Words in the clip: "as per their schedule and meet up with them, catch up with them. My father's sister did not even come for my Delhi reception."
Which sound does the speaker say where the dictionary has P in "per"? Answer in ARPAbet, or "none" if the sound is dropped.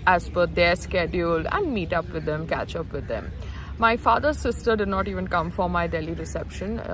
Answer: F